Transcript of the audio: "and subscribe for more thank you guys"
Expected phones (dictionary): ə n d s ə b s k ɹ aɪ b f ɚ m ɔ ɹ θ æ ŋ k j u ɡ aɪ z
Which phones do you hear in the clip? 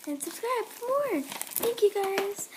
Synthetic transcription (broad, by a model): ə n s ə b s k ɹ aɪ b p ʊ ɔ ɹ θ æ ŋ k j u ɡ aɪ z